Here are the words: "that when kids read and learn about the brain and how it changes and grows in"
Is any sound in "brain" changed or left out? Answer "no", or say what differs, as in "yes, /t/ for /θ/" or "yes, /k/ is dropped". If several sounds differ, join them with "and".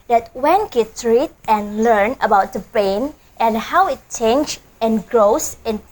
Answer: yes, /ɹ/ is dropped